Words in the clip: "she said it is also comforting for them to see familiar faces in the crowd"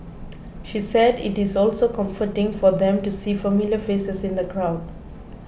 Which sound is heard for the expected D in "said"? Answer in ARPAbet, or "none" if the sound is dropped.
D